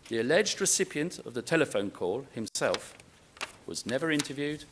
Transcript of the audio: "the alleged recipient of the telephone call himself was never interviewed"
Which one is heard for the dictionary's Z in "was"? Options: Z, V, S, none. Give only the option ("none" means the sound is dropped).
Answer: Z